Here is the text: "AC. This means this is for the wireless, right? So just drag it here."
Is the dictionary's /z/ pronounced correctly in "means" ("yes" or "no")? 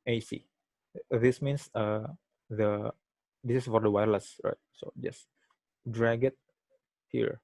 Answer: no